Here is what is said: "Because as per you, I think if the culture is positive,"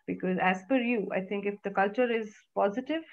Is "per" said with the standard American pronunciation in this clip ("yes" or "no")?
no